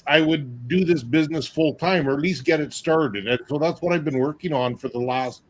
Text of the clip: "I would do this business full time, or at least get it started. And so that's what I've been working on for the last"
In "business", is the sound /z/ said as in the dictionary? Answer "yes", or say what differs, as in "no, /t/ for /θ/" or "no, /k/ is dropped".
yes